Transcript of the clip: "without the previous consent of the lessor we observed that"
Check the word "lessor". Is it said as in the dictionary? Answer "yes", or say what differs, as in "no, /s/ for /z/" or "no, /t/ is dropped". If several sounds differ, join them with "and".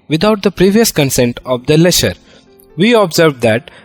no, /ʃ/ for /s/